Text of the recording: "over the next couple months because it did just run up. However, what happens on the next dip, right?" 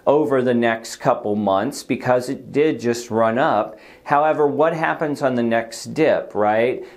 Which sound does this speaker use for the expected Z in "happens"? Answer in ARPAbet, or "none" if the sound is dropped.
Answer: Z